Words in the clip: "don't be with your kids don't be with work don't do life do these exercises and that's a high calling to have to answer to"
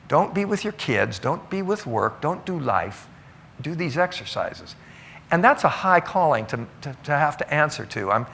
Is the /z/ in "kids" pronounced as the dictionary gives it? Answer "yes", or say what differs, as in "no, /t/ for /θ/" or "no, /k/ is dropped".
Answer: yes